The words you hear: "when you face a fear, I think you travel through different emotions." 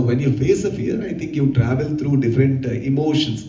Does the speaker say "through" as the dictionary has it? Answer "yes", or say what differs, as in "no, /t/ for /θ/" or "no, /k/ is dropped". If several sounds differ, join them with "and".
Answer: no, /t/ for /θ/